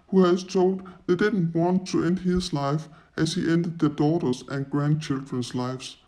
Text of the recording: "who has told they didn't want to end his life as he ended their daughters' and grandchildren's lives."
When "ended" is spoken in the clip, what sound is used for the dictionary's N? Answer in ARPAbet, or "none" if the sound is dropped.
N